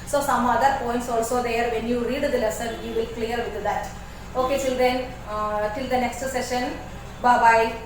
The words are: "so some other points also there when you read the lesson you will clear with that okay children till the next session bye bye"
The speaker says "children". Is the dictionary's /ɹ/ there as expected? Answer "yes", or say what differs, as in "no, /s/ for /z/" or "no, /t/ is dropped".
no, /ɹ/ is dropped